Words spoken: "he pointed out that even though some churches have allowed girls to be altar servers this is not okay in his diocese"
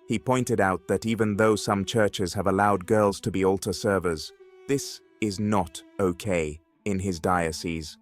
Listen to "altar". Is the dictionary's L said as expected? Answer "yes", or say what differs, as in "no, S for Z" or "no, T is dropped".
yes